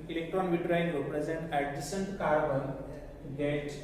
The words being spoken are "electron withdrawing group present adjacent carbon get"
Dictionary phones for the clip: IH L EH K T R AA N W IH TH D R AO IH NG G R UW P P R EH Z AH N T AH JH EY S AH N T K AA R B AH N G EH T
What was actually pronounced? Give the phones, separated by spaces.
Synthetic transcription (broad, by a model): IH L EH K T R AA N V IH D R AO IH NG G UW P P R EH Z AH N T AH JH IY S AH N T K AA R B AH N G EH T